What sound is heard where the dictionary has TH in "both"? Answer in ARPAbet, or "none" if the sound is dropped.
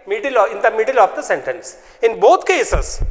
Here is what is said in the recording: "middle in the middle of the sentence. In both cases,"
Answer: T